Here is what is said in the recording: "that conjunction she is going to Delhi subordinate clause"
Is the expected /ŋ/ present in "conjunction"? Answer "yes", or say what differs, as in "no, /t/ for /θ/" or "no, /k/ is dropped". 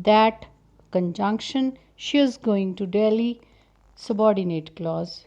yes